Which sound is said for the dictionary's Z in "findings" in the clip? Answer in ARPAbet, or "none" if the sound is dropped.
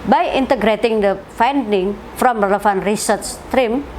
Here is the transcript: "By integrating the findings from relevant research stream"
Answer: none